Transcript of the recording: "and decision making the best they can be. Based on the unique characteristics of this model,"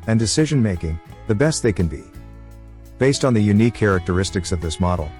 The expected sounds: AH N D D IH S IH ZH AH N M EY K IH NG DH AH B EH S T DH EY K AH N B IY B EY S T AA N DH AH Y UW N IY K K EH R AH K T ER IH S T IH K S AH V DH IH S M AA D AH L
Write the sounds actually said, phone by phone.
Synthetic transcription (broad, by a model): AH N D D IH S IH ZH AH N M EY K IH NG DH AH B EH S T DH EY K AH N B IY B EY S T N DH AH Y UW N IY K K EH R AH K T ER IH S T IH K S AH V DH IH S M AA D L